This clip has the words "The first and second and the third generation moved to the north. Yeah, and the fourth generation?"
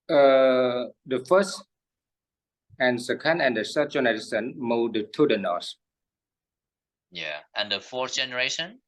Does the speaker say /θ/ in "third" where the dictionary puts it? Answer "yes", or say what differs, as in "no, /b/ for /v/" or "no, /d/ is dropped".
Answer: no, /s/ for /θ/